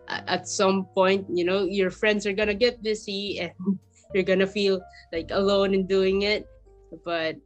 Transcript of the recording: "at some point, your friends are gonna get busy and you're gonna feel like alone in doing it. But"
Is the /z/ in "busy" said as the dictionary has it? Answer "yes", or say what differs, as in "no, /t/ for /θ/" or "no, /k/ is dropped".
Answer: no, /s/ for /z/